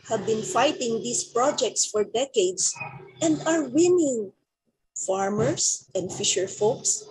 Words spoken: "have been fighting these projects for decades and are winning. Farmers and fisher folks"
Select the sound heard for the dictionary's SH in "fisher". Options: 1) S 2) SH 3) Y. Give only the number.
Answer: 2